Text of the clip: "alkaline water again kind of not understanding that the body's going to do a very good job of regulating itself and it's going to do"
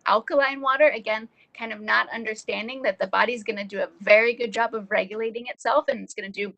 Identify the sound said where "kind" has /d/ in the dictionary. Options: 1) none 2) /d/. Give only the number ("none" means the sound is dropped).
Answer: 2